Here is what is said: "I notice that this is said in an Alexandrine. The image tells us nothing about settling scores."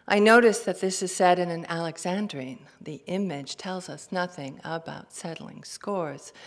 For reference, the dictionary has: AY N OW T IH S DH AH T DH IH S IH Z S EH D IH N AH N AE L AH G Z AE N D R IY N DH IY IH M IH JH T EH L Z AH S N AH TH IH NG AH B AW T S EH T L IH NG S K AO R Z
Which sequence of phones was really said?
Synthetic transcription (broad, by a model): AY N OW T IH S DH AH T DH IH S IH Z S EH D IH N AH N AE L AH G Z AE N D R IY N DH IY IH M IH JH T EH L Z AH S N AH TH IH NG AH B AW T S EH T L IH NG S K AO R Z